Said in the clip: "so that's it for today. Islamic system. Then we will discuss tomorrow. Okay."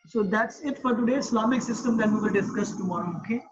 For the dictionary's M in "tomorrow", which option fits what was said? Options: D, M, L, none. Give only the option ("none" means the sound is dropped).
none